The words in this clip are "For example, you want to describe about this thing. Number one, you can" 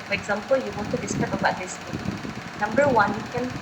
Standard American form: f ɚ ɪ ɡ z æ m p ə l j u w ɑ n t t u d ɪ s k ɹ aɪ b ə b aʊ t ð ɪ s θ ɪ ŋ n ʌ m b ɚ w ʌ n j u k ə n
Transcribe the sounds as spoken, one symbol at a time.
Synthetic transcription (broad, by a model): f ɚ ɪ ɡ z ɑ m p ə l j u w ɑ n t t u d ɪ s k aɪ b ə b aʊ t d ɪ s t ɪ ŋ n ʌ m b ɚ w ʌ n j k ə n